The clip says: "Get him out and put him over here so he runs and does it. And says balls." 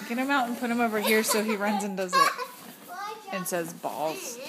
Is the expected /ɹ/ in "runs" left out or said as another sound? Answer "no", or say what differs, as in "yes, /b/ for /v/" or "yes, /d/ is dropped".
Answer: no